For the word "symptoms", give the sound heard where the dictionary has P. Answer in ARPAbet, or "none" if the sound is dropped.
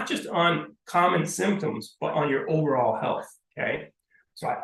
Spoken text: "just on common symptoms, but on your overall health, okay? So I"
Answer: P